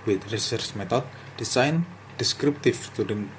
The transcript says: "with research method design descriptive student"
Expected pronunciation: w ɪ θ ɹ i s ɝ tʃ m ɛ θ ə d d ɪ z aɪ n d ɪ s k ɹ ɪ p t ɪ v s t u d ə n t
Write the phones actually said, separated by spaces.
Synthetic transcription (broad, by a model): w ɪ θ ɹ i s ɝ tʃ m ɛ t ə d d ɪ s aɪ n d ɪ s k ɹ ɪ p t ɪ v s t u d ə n